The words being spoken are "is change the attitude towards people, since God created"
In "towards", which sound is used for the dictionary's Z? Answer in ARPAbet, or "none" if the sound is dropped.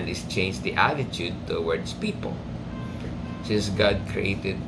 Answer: S